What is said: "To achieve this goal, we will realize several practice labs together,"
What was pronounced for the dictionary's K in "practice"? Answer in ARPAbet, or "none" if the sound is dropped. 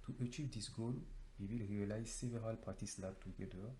none